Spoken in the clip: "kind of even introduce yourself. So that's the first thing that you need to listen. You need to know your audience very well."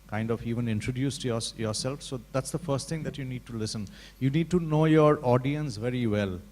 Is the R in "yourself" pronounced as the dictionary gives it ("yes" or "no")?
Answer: yes